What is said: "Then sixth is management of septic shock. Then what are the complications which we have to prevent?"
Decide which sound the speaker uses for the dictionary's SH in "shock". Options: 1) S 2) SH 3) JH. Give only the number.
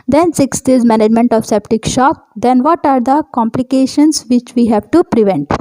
2